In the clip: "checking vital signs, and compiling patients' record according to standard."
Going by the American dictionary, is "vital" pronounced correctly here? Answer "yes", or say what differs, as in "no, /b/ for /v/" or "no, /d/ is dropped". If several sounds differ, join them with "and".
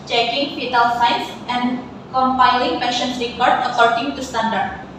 no, /f/ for /v/